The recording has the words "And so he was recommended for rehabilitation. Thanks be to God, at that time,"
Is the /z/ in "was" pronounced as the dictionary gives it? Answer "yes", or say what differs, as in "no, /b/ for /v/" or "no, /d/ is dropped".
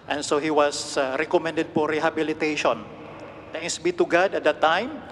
no, /s/ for /z/